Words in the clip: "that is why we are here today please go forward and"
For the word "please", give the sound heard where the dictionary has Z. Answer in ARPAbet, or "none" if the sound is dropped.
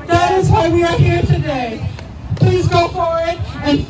Z